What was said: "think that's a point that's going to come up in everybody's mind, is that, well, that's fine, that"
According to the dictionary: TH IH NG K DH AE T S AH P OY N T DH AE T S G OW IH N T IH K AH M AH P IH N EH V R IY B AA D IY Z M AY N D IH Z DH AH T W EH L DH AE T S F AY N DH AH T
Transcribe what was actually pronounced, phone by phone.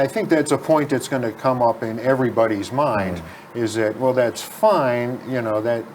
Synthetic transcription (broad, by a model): TH IH NG K DH AE T S AH P OY N DH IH T S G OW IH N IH K AH M AH P IH N EH V R IY B AA D IY Z M AY N D IH Z DH AH T W EH L DH AE T S F AY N DH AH T